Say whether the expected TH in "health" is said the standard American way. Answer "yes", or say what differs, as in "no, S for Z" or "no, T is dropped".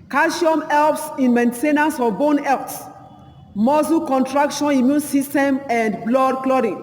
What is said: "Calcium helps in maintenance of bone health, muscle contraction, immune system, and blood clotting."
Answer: no, S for TH